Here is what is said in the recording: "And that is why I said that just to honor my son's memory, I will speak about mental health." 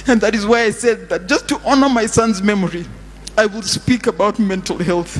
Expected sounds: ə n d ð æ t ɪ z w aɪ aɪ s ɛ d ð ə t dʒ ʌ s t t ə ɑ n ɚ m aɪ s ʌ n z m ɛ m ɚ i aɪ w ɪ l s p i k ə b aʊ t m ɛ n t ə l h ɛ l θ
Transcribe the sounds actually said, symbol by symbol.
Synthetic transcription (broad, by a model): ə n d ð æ t ɪ z w aɪ aɪ s ɛ d ð ə t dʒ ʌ s t t ɑ n ɚ m aɪ s ʌ n z m ɛ m ɚ i aɪ w ɪ l s p i k ə b aʊ t m ɛ n t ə l h ɛ l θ